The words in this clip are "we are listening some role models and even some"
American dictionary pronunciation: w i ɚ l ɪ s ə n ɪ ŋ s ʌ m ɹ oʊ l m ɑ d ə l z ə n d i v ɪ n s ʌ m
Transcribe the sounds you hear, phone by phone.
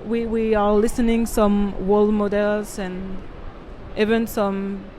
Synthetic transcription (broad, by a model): w i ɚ l ɪ s ə n ɪ ŋ s ʌ m w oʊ l m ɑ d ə l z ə n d i v ɪ n s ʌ m